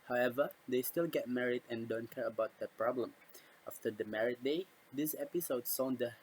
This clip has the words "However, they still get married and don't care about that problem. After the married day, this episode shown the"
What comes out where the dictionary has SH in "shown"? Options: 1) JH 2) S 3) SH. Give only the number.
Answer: 2